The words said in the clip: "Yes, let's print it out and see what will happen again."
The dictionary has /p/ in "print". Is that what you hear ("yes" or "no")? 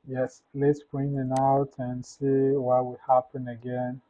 no